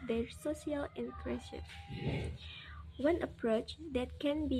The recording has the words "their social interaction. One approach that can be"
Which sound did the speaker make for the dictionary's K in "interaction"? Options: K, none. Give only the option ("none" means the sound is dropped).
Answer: none